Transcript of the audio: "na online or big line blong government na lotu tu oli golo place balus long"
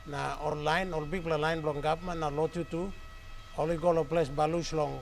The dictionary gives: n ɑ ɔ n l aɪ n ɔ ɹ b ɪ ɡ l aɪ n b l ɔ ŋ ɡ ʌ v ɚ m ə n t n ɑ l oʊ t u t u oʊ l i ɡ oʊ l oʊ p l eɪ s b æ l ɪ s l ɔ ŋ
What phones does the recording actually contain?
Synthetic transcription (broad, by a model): n ɑ ɔ l aɪ n ɔ l b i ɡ l aɪ n b l ɔ ŋ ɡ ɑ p m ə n n ɑ l oʊ t u t u oʊ l i ɡ oʊ l oʊ p l eɪ s b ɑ l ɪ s l ɔ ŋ